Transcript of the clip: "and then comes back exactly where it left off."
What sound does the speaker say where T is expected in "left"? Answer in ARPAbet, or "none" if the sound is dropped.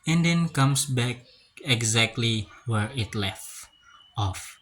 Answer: T